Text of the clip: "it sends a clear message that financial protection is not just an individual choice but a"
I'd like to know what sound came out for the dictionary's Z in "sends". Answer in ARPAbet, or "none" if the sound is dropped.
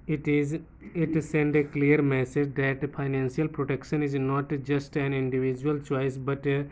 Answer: none